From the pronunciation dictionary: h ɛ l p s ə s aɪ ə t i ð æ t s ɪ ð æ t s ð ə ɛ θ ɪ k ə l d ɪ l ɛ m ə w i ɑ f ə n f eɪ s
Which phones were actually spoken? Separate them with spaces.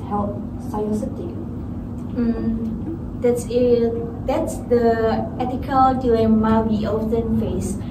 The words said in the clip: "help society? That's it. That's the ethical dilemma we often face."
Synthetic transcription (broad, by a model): h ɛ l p s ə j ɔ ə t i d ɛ t s ɪ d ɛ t s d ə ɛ t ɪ k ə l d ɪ ɛ m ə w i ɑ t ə n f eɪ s